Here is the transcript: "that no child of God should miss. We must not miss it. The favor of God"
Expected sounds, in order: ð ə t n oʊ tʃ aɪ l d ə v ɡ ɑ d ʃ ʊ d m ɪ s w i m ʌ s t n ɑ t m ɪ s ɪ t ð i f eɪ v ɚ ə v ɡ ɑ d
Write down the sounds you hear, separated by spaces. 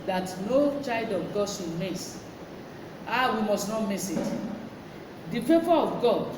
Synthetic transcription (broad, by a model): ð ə t n oʊ tʃ aɪ l d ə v ɡ ɑ d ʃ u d m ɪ s w i m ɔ s t n ɑ t m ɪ s ɪ t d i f eɪ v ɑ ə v ɡ ɑ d